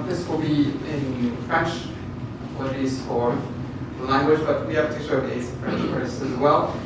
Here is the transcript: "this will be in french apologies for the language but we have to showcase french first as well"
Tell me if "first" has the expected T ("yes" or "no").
no